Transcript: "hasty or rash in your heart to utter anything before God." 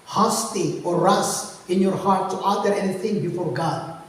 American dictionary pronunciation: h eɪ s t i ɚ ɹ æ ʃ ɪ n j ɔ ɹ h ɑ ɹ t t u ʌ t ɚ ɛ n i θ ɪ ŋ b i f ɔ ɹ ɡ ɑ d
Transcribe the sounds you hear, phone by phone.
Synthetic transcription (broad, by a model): h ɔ s t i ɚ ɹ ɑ s ɪ n j ɔ ɹ h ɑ ɹ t t u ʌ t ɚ ɛ n i θ ɪ ŋ b i f ɔ ɹ ɡ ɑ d